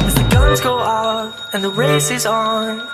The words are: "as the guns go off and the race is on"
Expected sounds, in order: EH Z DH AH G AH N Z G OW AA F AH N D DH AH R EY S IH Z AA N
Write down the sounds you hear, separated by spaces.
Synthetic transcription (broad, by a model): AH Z DH AH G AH Z G OW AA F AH N DH AH R EY S IH Z N